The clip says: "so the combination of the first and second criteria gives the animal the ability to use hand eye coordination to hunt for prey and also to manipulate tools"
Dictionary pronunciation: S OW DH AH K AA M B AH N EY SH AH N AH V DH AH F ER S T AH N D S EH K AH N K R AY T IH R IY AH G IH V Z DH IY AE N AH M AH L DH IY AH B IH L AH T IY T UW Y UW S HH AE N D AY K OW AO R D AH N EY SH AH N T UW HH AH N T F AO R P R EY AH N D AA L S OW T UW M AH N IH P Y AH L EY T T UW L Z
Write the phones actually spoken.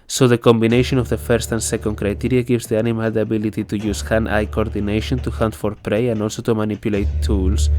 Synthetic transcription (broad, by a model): S OW DH AH K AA M B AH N EY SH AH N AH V DH AH F ER S T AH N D S EH K AH N K R AY T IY R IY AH G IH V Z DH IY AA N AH M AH L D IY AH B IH L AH T IY T UW Y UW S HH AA N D AY K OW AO R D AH N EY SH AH N T UW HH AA N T F AO R P R EY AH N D AA L S OW T UW M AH N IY P Y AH L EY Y T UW L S